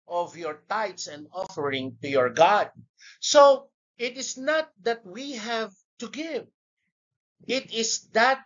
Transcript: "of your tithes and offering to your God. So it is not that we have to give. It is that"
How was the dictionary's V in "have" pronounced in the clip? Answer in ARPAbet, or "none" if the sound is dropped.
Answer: V